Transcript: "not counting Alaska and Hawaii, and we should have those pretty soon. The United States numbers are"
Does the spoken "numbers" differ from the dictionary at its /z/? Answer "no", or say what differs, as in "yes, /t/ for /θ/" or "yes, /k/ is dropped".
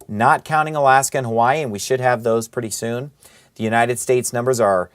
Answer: no